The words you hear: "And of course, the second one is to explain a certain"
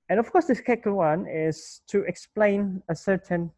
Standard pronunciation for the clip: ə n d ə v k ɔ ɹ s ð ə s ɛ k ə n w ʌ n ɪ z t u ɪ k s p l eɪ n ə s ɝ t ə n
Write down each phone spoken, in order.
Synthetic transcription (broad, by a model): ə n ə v k ɔ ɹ s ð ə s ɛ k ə l w ʌ n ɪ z t u ɪ k s p l eɪ n ə s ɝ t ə n